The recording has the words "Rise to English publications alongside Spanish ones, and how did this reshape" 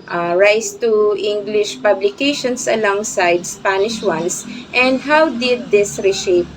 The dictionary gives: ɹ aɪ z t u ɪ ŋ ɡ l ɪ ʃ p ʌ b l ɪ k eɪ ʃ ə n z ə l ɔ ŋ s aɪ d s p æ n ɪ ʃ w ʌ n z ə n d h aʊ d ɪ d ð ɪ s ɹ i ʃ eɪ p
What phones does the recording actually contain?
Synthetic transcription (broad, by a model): ɹ aɪ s t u ɪ ŋ ɡ l ɪ ʃ p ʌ b l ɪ k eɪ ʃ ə n s ə l ɔ ŋ s aɪ d s p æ n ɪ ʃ w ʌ n s ə n d h aʊ d ɪ d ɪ s ɹ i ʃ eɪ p